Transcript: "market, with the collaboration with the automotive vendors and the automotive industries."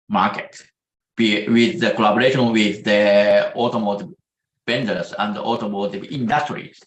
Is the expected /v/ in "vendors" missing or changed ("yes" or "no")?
yes